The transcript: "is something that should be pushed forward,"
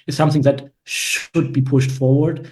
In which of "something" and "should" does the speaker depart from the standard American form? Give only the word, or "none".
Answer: none